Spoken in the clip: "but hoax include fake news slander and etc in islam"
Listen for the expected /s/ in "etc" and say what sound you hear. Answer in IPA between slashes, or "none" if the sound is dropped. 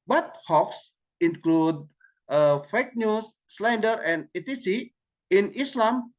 none